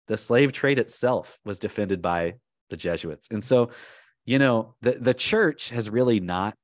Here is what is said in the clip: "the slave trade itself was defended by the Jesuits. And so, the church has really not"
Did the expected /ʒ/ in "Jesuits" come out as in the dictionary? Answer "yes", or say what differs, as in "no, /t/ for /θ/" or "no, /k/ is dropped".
yes